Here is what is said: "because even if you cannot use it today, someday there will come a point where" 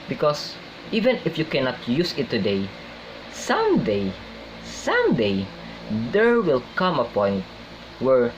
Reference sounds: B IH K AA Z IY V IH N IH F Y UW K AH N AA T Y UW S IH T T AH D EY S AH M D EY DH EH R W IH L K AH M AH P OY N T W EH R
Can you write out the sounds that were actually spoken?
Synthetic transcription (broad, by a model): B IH K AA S IY V IH N IH F Y UW K AH N AA T Y UW S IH T S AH D EY S AH M D EY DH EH R W IH L K AH M AH P OY N T W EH R